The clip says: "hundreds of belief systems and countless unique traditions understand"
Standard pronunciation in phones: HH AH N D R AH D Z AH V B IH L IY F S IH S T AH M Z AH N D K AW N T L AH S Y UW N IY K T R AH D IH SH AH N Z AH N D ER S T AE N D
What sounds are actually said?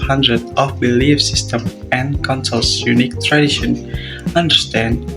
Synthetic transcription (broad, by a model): HH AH N D R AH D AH F B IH L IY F S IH S T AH M AH N K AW N S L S Y UW N IY K T R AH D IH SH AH N AH N D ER S T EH N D